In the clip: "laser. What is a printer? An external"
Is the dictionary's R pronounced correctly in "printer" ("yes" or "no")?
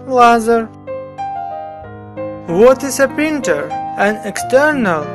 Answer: no